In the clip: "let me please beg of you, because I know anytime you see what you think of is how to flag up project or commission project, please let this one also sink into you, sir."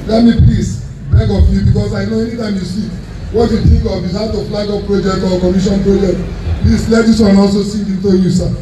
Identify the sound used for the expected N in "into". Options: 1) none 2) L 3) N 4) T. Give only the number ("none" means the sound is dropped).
3